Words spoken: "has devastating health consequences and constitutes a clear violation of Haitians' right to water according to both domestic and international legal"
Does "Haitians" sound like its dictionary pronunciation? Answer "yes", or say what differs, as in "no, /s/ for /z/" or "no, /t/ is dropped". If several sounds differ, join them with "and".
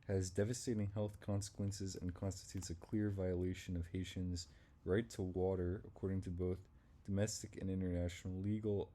yes